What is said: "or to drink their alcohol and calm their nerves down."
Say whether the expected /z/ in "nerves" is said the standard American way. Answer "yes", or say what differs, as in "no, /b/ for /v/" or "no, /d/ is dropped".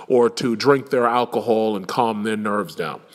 yes